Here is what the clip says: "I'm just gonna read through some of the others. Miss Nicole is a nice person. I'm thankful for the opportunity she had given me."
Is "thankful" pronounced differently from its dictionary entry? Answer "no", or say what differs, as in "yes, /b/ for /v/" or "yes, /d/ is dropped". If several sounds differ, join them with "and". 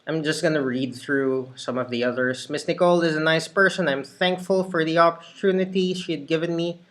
no